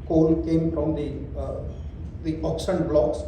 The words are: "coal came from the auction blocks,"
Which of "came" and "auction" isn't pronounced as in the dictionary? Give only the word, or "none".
auction